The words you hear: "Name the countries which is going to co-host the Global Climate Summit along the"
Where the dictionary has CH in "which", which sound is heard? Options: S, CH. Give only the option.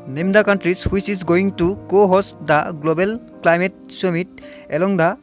S